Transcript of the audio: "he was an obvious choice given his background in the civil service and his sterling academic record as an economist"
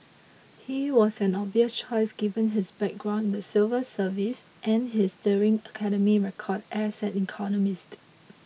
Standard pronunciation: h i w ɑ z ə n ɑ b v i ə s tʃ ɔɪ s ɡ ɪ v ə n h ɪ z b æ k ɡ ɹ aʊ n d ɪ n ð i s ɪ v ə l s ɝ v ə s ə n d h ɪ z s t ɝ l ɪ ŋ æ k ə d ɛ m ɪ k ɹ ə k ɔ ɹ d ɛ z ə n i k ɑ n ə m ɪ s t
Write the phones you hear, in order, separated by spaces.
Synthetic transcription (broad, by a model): h i w ɑ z ə n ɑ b i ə s tʃ ɔɪ s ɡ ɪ v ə n h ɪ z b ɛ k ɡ ɹ aʊ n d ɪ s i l v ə s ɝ v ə s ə n h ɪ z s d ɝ ɪ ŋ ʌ k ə d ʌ m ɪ ɹ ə k ɔ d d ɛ s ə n i k ɑ n ə m ɪ s t